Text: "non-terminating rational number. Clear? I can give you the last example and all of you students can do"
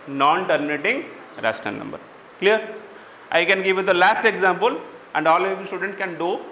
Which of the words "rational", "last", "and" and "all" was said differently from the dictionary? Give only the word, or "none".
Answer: rational